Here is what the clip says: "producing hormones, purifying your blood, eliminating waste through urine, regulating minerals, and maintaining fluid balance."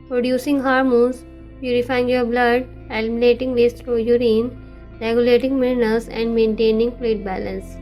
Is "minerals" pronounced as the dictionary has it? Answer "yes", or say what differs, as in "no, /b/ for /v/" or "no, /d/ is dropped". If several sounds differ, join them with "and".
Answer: no, /l/ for /n/